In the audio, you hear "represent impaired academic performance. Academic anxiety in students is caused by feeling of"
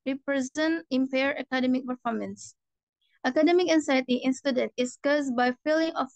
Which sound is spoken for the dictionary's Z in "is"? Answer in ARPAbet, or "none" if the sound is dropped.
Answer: S